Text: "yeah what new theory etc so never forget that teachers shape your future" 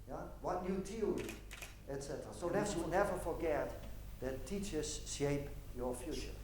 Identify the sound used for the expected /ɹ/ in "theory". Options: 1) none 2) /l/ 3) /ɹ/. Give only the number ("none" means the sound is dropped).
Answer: 2